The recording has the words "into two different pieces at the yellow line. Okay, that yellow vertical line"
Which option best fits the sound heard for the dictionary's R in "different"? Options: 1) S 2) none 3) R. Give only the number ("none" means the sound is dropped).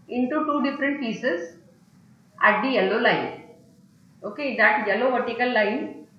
3